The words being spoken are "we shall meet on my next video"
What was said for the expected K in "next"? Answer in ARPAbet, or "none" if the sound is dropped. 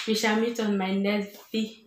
none